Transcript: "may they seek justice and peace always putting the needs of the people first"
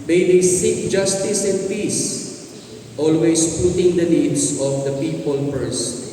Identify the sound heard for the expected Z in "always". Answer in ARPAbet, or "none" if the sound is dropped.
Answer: S